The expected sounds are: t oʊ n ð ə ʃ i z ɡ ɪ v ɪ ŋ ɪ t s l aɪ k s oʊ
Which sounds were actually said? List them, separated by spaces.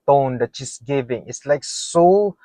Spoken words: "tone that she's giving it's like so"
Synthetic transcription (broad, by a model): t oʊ n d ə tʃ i s ɡ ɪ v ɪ ŋ ɪ t s l aɪ k s oʊ